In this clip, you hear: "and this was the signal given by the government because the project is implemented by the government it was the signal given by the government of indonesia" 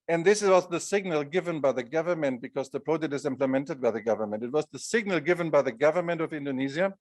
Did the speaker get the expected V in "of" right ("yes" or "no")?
yes